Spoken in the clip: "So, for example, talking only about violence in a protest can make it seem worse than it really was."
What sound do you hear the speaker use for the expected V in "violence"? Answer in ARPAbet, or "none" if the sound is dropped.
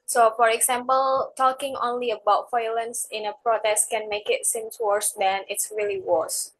F